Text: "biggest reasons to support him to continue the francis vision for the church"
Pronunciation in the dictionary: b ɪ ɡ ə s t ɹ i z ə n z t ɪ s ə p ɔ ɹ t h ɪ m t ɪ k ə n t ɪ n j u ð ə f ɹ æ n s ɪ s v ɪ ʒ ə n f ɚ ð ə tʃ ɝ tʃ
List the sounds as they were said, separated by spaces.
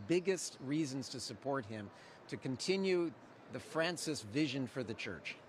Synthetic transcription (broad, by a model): b ɪ ɡ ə s t ɹ i z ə n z t ɪ s ə p ɔ ɹ t h ɪ m t ɪ k ə n t ɪ n j u ð ə f ɹ æ n s ɪ s v ɪ ʒ ə n f ɚ ð ə tʃ ɝ tʃ